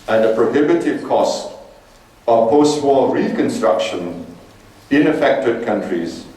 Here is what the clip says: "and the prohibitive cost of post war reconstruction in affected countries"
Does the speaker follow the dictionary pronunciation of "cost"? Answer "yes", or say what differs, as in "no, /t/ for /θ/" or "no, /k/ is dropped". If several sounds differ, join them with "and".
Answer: yes